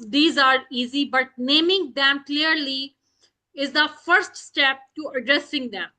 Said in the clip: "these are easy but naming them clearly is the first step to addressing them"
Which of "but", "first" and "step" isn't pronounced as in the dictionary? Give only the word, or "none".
none